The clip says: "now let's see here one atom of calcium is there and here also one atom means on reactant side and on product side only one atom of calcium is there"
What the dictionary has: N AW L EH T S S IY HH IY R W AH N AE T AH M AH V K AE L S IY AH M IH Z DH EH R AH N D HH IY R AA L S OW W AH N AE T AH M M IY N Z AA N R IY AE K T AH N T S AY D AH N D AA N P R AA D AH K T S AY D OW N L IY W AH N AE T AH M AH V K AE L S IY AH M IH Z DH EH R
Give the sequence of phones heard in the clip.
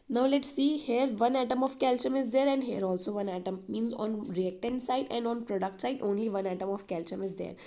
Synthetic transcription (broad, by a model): N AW L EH T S S IY HH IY R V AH N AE T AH M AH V K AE L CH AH M IH Z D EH R AH N D HH IY R AA L S OW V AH N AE T AH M M IY N Z AA N R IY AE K T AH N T S AY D AH N D AA N P R AA D AH K T S AY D OW N L IY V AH N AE T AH M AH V K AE L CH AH M IH Z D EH R